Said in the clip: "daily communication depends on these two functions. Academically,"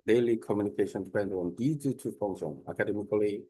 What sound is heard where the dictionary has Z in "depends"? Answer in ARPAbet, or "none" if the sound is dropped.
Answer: none